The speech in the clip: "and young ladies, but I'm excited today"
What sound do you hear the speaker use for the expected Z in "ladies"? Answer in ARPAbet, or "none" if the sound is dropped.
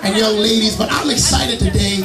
Z